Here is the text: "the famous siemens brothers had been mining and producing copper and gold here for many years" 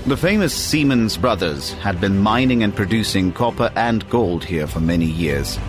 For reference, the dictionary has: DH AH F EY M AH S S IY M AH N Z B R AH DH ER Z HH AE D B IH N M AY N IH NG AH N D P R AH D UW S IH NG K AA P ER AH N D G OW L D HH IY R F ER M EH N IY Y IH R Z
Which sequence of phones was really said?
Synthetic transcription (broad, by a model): DH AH F EY M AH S S IY M AH N Z B R AH DH ER Z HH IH D B IH N M AY N IH NG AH N P R AH D UW S IH NG K AA P ER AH N G OW L D HH IY R F ER M EH N IY Y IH R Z